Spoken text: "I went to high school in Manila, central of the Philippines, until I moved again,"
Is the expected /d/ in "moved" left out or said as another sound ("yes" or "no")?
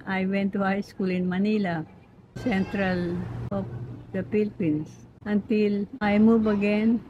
yes